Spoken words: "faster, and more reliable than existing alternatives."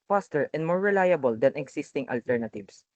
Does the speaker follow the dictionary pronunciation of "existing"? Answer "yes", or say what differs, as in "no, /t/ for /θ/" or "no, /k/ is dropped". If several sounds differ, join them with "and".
no, /s/ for /z/